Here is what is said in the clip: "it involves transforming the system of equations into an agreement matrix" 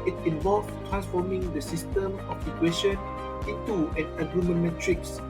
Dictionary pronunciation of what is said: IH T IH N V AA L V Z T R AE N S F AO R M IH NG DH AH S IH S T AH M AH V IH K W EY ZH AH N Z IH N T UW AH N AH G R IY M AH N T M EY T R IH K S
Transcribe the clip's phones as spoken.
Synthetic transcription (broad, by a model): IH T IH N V AA L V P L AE S F AO M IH NG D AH S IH S T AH M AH F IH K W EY SH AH N IH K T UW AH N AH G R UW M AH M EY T R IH K S